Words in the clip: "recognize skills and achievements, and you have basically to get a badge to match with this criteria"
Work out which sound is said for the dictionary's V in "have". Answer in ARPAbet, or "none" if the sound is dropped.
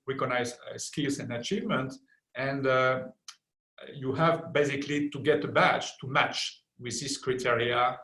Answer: V